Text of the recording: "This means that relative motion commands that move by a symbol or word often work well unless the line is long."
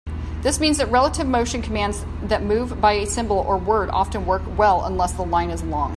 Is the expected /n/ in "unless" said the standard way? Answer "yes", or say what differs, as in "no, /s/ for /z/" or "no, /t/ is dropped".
yes